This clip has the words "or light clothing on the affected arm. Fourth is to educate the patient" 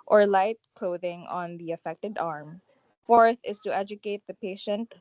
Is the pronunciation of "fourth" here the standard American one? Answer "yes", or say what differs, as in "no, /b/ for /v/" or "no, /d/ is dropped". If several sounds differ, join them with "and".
yes